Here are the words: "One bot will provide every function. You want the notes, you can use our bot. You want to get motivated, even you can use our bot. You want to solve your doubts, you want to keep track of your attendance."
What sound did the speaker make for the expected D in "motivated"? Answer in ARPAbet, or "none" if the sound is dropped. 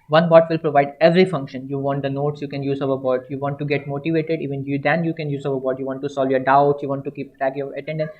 D